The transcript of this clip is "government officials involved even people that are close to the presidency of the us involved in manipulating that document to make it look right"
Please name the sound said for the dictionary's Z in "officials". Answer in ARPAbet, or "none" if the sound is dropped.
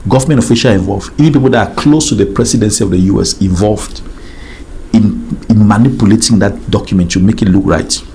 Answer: none